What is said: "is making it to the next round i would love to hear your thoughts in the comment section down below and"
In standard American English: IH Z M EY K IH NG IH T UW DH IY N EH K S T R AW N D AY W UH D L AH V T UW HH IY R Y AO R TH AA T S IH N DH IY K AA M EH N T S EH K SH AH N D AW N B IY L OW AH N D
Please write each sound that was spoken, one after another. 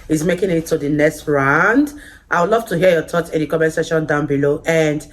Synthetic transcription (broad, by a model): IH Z M EY K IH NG IH T UW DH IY N EH K S T R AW N D AY W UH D L AH V T UW HH IY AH Y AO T AA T IH N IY K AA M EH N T S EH SH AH N D AW N B IY L OW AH N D